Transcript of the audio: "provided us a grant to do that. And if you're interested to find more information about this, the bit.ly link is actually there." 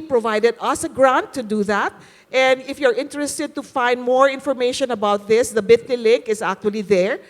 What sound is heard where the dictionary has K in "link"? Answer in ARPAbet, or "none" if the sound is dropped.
K